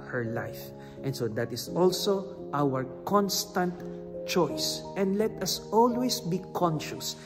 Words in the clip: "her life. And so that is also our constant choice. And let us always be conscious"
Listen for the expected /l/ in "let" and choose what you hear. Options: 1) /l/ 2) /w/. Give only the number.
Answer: 1